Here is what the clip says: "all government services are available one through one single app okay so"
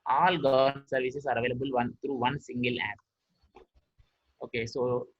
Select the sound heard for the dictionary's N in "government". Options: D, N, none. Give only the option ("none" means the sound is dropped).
none